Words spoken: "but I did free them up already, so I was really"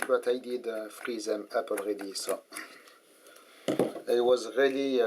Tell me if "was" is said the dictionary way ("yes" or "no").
yes